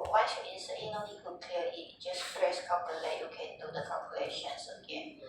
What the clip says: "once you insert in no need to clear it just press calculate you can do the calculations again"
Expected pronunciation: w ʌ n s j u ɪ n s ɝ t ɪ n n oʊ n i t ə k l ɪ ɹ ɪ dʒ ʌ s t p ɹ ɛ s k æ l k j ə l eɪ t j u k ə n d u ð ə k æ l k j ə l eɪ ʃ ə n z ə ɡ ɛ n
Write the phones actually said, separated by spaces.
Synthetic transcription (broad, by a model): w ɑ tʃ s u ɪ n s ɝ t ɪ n n oʊ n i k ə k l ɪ l ɪ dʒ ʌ s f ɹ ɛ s k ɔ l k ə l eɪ j u k ə n d u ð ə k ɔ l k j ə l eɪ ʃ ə n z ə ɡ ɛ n